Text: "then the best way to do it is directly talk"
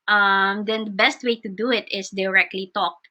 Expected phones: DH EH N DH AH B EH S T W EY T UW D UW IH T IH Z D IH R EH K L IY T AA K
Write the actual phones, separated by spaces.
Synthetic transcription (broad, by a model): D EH N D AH B EH S T W EY T UW D UW IH T IH S D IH R EH K L IY T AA K